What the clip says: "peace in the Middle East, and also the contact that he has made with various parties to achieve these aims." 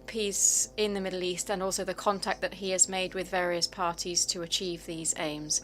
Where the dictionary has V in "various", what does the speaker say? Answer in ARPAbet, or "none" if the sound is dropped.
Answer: V